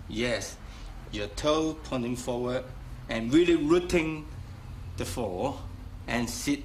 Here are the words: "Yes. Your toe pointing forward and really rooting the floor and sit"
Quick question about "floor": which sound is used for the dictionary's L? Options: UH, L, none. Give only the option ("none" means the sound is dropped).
none